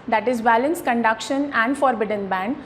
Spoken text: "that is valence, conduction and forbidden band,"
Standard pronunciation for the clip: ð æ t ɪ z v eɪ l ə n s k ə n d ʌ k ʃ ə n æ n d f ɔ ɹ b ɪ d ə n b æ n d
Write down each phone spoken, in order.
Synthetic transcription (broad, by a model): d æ t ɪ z b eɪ l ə n s k ə n d ʌ k ʃ ə n æ n d f ɔ ɹ b ɪ d ə n b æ n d